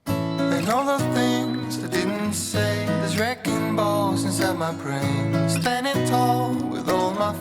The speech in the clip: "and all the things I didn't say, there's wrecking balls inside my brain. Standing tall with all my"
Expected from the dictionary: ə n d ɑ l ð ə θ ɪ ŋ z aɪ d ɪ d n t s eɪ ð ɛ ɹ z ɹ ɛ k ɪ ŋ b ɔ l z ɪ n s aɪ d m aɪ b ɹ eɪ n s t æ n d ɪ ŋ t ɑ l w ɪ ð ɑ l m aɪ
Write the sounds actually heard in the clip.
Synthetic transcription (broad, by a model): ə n ɑ l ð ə θ ɪ ŋ z aɪ d ɪ d n t s eɪ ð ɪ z ɹ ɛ k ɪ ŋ b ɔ z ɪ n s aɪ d m aɪ b ɹ eɪ n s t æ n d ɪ t ɑ l w ɪ ð ɑ l m aɪ